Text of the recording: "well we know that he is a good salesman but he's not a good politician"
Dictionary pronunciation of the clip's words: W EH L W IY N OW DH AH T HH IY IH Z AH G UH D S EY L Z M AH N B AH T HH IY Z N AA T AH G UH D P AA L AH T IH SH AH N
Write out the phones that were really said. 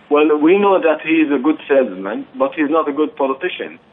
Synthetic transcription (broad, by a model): W EH L W IY N OW DH AH T HH IY IH Z AH G UH D S EY L Z M AH N B AH T HH IY Z N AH T AH G UH D P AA L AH T IH SH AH N